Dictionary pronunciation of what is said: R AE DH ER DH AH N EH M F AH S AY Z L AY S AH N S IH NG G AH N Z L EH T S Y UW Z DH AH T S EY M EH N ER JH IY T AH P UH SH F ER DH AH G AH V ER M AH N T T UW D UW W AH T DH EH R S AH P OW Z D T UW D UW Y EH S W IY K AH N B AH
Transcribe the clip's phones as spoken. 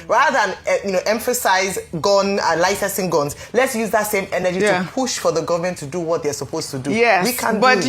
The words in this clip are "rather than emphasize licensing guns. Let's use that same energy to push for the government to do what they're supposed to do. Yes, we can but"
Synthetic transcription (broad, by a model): R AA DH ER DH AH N EH M F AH S AY Z L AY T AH S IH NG G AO N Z L EH T S Y UW Z DH AH T S EY M EH N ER JH IY T AH P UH SH F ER DH AH G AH V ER M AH N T T UW D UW W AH T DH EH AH S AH P OW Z T UW D UW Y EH W IY K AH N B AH